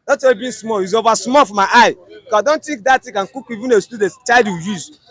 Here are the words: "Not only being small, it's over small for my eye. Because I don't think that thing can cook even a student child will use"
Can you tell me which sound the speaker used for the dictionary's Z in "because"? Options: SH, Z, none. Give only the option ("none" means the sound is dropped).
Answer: none